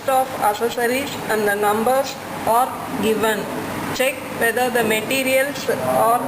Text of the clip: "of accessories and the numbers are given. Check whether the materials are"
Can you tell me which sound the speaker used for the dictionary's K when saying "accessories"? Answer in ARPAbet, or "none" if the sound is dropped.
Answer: none